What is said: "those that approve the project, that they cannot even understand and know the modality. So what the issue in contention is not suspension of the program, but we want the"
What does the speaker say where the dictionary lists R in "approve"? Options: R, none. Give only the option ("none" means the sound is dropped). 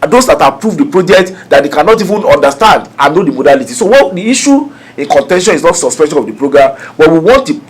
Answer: R